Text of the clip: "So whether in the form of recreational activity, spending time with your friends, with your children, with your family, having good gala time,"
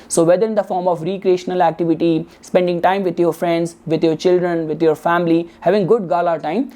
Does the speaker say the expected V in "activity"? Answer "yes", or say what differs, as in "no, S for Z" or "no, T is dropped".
yes